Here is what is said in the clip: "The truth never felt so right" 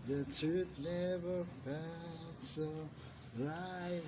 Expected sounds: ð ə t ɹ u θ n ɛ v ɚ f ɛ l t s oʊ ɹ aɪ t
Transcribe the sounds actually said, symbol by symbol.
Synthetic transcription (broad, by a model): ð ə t u t n ɛ v ɚ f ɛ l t s oʊ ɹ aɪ